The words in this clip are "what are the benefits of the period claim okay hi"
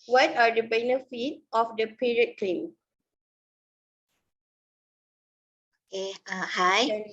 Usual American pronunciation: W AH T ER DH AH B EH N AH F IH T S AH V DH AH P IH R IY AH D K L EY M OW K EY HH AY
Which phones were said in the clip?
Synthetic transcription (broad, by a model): W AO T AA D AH B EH N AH F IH T AH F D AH P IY R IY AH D K L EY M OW K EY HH AY